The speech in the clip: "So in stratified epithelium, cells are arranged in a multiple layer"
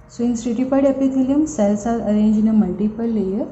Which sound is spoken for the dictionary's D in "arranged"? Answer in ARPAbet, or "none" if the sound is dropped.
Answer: none